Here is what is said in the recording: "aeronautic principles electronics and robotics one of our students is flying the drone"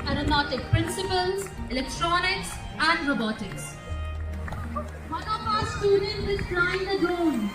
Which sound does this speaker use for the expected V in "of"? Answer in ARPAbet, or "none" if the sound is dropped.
P